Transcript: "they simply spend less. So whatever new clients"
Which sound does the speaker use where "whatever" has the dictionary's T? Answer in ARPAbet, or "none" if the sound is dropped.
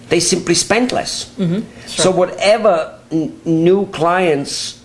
T